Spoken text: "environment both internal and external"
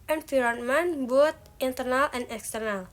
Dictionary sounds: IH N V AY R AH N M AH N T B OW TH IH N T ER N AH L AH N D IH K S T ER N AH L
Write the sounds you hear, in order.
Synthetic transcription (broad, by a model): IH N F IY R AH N M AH N B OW T IH N T ER N AH L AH N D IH K S T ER N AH L